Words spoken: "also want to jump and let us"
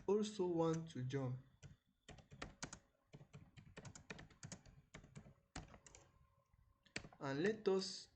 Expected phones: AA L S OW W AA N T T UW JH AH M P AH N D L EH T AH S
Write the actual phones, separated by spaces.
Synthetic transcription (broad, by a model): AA L S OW W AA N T T UW JH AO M AH N L EH T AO S